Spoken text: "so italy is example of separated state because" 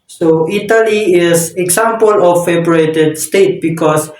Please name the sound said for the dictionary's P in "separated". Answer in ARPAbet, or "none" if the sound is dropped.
B